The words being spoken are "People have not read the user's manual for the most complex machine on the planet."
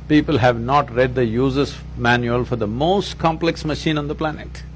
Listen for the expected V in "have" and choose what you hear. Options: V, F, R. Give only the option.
V